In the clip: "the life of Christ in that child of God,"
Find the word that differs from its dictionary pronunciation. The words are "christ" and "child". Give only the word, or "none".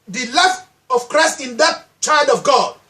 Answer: none